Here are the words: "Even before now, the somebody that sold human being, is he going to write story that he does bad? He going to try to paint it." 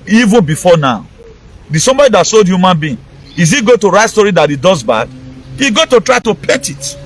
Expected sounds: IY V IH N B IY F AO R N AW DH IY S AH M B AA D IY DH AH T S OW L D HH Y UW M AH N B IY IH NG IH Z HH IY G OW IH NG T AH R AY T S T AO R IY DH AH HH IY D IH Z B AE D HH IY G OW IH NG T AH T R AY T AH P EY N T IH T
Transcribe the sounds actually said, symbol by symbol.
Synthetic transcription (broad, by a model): IY V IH N B IY F AO N AW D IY S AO M B AA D IY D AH T S OW L D HH Y UW M AH N B IY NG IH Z IY G OW T AH R AY T S T AO R IY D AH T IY D IH Z B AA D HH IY G OW T AH T R AY T AH P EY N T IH T